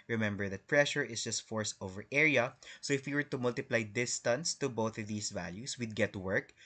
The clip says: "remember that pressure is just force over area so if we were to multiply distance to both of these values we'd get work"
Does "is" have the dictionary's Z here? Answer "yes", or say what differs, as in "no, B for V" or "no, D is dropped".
no, S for Z